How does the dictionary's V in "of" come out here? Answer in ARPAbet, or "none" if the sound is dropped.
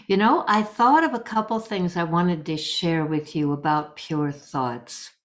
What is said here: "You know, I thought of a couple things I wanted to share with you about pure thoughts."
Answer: V